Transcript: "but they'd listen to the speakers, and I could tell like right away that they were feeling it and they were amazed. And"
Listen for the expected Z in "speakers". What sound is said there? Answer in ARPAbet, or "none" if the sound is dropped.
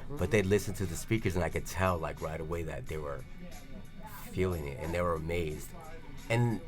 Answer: Z